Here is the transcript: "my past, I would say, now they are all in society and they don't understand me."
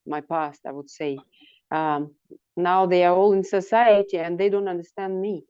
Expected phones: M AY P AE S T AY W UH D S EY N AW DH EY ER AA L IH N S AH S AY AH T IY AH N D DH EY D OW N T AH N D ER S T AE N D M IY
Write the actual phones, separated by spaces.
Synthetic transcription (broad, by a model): M AY P AE S T AY W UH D S EY N AW DH EY ER AA L IH N S AH S AY AH T IY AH N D DH EY D OW N T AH N D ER S T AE N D M IY